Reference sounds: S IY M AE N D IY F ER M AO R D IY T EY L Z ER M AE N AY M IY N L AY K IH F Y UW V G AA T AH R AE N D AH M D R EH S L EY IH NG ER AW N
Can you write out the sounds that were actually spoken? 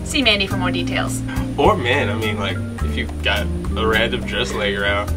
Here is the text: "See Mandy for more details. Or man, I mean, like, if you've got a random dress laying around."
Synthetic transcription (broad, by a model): S IY M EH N IY F ER M AO R D IY T EY L Z ER M AE N AY M IY N L AY K IH F Y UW G AA T AH R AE D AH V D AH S L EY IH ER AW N